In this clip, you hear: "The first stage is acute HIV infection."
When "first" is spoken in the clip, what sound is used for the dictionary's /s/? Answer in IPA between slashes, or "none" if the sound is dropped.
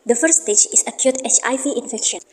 none